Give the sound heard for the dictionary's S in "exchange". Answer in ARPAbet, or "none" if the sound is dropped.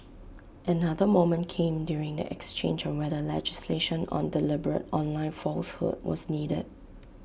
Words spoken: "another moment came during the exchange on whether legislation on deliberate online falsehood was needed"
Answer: S